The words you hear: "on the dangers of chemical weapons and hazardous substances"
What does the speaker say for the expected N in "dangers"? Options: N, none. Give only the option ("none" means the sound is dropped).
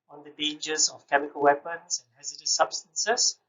none